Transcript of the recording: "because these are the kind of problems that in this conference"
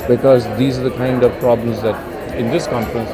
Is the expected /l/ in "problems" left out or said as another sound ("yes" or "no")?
no